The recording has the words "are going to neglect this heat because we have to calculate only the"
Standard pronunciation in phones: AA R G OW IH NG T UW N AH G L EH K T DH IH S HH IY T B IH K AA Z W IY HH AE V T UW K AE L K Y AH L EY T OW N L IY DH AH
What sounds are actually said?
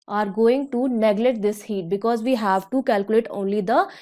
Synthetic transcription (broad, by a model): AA R G OW IH NG T UW N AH G L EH T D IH S HH IY T B IH K AA Z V IY HH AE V T UW K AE L K Y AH L EY T OW N L IY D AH